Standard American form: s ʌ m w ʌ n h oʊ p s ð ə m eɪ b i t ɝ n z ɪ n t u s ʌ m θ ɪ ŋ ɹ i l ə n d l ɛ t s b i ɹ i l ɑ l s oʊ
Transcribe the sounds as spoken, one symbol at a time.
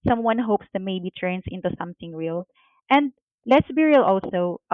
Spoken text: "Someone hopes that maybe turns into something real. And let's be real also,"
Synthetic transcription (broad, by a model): s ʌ m w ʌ n h oʊ p s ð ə m eɪ b i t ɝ n s ɪ n t u s ʌ m θ ɪ ŋ ɹ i l ə n d l ɛ t s b i ɹ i l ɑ l s oʊ